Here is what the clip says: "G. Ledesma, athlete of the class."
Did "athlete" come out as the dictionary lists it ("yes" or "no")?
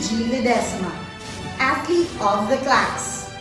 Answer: no